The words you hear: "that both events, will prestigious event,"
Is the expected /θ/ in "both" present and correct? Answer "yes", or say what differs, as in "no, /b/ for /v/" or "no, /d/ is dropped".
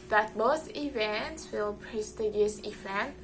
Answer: no, /s/ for /θ/